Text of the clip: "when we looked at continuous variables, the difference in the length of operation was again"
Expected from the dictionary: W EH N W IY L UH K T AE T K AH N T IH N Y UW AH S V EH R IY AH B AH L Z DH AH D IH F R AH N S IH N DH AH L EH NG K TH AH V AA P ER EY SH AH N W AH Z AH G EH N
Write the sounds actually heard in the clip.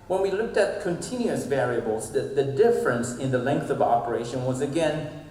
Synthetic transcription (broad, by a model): W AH N W IY L UH K T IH T K AH N T IH N Y UW AH S V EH R IY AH B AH L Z DH AH D IH F R AH N S IH N DH AH L EH NG K TH AH V AA P ER EY SH AH N W AH Z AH G EH N